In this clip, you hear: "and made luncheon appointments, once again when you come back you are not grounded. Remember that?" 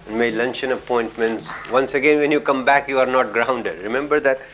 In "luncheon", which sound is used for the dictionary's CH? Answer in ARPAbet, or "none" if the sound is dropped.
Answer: CH